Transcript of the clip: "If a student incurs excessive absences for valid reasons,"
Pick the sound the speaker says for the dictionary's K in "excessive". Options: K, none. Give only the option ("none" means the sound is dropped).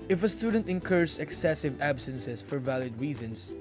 K